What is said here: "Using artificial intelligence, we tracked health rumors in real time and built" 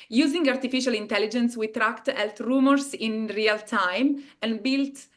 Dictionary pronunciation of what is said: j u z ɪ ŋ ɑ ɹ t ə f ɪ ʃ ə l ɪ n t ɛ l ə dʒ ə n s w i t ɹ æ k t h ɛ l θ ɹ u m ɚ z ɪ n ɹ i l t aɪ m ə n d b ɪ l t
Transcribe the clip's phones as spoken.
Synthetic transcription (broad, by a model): j u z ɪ ŋ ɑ ɹ t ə f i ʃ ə l ɪ n t ɛ l ə dʒ ə n s w i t ɹ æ k t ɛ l t ɹ u m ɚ s ɪ n ɹ i l t aɪ m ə n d b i l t